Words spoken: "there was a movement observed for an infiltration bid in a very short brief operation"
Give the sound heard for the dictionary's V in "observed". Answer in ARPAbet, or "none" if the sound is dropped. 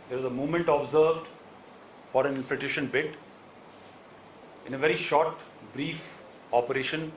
V